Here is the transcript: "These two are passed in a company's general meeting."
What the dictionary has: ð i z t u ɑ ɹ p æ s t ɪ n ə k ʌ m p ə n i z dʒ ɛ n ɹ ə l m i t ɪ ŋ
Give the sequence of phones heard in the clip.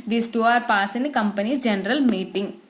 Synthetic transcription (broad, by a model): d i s t u ɑ ɹ p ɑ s ɪ n ə k ʌ m p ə n i dʒ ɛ n ɹ ə l m i t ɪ ŋ